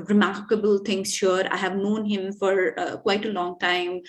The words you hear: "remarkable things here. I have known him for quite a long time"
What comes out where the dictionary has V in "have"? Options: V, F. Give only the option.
V